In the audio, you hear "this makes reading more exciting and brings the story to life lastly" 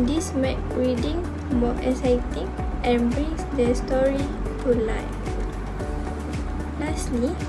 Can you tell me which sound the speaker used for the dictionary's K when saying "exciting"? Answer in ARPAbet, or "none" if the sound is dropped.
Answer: none